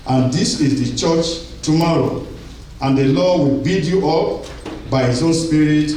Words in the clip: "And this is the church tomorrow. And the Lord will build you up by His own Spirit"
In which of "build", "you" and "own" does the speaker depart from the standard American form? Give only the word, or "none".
build